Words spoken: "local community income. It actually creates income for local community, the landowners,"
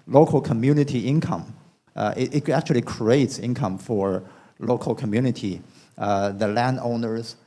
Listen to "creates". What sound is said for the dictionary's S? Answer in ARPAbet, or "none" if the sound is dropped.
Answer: S